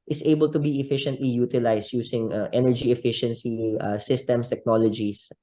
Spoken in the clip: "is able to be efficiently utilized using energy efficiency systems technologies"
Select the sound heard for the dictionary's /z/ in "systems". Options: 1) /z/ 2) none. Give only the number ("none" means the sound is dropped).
2